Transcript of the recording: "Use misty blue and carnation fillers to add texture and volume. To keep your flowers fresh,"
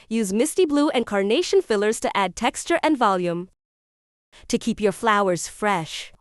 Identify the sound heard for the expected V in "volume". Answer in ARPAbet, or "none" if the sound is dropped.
V